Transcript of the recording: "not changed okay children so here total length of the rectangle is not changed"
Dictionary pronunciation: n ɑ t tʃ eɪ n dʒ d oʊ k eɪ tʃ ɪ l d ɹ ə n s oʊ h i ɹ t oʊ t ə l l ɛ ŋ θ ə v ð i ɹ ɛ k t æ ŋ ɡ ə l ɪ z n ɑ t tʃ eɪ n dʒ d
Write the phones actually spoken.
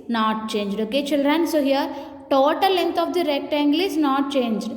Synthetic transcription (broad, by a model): n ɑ t tʃ eɪ n dʒ d oʊ k eɪ tʃ ɪ l d ɹ ə n s oʊ h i ɹ t oʊ t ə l l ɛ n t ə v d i ɹ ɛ k t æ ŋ ɡ l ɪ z n ɑ t tʃ eɪ n dʒ d